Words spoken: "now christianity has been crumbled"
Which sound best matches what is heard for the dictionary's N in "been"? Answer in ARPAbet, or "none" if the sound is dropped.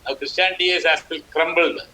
L